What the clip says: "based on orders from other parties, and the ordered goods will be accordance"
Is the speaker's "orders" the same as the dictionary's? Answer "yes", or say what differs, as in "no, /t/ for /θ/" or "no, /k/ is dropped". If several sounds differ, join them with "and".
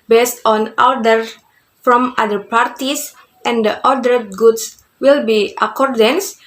no, /z/ is dropped